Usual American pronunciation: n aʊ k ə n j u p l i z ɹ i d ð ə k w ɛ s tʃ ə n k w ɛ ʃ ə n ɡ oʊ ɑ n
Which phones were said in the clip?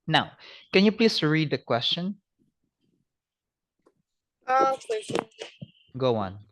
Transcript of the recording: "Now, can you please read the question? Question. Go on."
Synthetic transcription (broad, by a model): n aʊ k ə n j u p l i s ɹ i d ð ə k w ɛ s tʃ ə n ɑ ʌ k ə ɡ oʊ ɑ n